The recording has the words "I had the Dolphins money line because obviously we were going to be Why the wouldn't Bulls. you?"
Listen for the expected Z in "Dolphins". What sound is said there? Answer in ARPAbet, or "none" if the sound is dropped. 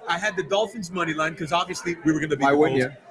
Z